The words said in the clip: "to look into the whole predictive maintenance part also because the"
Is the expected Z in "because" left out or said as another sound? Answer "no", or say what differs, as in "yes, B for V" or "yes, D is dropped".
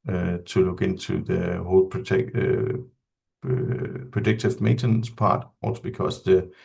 yes, S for Z